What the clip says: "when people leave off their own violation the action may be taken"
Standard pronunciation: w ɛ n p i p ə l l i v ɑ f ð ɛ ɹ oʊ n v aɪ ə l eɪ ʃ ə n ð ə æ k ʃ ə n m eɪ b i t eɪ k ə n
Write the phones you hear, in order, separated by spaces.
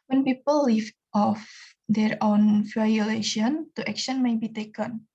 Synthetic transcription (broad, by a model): w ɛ n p i p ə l l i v ɑ f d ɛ ɹ oʊ n f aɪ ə l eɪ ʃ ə n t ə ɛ k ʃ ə n m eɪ b i t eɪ k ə n